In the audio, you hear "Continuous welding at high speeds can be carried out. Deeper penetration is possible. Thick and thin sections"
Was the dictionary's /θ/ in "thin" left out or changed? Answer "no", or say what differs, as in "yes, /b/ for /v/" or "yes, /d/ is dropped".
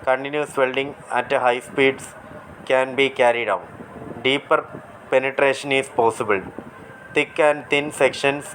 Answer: yes, /t/ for /θ/